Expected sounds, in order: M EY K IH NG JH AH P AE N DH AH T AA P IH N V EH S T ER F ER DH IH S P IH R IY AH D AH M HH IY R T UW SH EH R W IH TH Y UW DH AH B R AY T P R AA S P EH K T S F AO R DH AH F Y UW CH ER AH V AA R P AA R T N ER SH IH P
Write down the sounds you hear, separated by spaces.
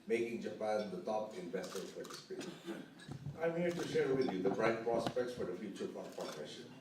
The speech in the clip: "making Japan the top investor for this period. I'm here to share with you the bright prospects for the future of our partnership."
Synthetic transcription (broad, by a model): M EY K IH NG JH AH P AE N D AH T AA P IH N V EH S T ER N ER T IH S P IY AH AH M HH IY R T UW SH EH R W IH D Y UW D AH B R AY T P R AA S P EH K T S F AO R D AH F Y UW CH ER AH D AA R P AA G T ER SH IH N